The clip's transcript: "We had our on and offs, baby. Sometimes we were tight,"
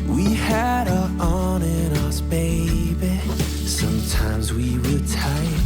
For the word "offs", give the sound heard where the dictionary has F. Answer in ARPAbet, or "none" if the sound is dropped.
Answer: none